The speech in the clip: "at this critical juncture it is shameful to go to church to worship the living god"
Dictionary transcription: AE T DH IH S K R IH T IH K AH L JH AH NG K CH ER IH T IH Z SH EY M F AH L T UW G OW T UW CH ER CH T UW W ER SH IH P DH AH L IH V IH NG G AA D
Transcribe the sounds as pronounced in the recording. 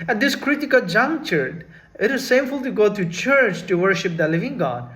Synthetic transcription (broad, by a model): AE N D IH S K R IH T IH K AH L JH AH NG K CH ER IH T IH Z S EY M F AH L T UW G OW T UW CH ER CH T UW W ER SH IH P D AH L IH V IH NG G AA D